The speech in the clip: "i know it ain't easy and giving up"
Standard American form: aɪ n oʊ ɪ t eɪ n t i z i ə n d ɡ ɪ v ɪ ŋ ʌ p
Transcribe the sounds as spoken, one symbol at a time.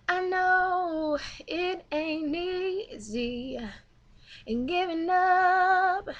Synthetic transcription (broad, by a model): aɪ n oʊ ɪ t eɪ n i z i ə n ɡ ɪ v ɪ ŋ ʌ p